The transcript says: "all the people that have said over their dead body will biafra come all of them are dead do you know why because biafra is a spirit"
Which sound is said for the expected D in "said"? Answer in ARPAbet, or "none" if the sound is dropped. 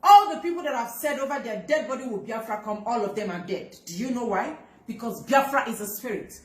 D